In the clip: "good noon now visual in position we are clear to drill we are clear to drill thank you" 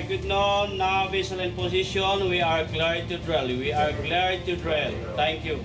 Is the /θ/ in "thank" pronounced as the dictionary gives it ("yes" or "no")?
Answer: no